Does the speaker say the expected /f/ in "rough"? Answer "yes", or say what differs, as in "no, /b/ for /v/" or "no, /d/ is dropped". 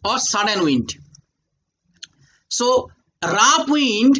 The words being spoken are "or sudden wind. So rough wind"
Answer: no, /p/ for /f/